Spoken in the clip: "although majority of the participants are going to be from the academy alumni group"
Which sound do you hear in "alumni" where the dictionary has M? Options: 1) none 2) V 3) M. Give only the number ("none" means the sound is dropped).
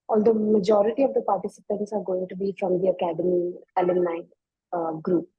1